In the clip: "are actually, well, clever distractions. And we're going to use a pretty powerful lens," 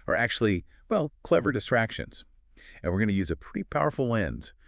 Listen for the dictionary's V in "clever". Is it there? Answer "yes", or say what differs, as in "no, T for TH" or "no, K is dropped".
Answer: yes